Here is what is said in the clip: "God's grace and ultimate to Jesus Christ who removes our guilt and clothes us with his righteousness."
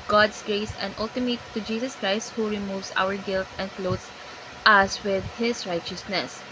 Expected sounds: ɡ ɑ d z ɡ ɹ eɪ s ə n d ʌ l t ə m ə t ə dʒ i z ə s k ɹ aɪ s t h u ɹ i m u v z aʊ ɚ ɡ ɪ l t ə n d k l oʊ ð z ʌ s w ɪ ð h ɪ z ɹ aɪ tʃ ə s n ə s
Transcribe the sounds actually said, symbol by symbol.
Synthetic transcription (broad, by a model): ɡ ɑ d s ɡ ɹ eɪ s ə n d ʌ l t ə m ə t ə dʒ i s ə s k ɹ aɪ s t h u ɹ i m u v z aʊ ɚ ɡ ɪ l t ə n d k l oʊ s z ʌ s w ɪ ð h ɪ s ɹ aɪ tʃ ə s n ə s